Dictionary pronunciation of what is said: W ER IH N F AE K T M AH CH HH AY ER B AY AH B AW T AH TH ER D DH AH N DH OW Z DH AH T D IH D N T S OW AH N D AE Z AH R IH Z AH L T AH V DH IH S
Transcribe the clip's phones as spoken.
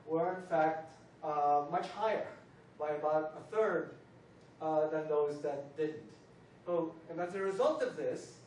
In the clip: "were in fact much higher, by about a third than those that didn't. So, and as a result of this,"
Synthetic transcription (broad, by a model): W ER IH N F AE K T M AH CH HH AY ER B AY AH B AW T AH TH ER D DH AH N DH OW Z DH AH T D IH D N T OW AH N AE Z AH R IH Z AH L T AH V DH IH S